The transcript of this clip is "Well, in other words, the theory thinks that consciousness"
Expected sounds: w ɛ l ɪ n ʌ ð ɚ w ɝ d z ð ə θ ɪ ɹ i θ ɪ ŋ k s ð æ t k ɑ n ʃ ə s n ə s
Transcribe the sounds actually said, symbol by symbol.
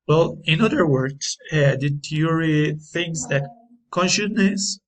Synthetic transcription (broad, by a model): w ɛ l ɪ n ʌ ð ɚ w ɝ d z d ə t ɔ ɹ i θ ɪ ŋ s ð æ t k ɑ n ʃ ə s n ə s